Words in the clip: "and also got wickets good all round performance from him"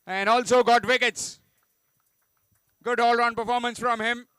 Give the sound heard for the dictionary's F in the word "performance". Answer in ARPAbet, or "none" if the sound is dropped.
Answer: F